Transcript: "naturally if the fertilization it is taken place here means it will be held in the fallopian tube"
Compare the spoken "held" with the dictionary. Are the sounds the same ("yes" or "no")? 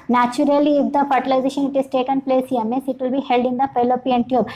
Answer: yes